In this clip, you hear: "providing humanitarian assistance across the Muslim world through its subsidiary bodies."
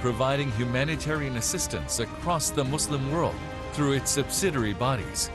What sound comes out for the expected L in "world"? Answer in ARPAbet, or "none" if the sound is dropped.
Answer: L